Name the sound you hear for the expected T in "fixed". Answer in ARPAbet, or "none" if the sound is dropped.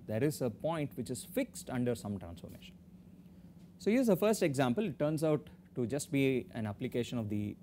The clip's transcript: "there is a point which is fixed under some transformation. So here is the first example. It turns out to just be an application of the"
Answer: T